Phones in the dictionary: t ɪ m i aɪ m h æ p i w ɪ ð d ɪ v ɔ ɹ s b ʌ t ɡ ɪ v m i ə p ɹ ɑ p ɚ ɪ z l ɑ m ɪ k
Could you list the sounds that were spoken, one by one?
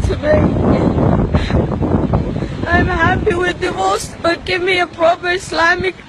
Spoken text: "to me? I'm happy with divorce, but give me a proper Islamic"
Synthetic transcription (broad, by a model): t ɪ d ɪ aɪ m h æ p i w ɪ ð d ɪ ɔ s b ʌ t ɡ ɪ v m i ə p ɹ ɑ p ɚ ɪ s l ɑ m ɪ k